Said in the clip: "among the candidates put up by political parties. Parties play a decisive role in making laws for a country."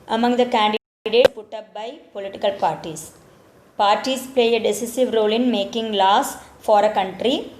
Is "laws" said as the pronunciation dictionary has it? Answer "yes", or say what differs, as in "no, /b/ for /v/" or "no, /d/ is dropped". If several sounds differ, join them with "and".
no, /s/ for /z/